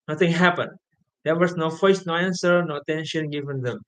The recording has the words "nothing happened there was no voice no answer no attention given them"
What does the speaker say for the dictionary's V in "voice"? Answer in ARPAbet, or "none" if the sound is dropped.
F